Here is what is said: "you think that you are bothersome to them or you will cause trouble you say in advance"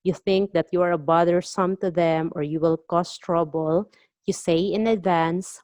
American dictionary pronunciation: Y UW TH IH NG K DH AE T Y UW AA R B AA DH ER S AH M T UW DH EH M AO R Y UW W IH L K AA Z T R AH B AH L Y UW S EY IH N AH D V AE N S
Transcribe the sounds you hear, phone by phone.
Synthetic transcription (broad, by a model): Y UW TH IH NG K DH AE T Y UW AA R B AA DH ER S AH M T UW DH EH M AO R Y UW W IH L K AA S T R AH B AH L Y UW S EY IH N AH D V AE N S